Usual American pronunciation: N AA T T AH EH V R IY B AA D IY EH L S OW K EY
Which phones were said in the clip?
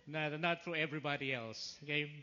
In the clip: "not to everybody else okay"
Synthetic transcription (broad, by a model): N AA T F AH EH V R IY B AA D IY EH L S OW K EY